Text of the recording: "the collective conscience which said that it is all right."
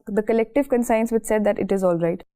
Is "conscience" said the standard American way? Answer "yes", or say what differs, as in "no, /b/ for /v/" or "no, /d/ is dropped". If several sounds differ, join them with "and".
no, /s/ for /ʃ/